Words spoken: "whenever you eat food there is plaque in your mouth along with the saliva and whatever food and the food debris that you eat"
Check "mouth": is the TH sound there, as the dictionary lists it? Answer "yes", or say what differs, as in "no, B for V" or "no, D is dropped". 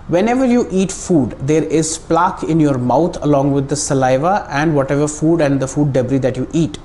no, T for TH